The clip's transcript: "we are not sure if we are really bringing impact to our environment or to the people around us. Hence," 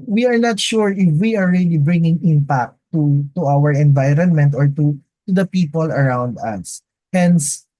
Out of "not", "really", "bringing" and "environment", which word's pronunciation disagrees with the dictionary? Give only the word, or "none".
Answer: none